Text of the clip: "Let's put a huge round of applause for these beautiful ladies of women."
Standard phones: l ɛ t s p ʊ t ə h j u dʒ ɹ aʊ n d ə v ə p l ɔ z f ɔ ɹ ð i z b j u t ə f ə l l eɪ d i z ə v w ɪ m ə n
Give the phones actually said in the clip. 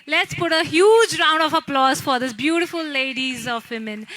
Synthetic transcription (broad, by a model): l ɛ t s p ʊ t ə h j u dʒ ɹ aʊ n d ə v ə p l ɔ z f ɔ ɹ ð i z b j u t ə f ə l l eɪ d i z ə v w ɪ m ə n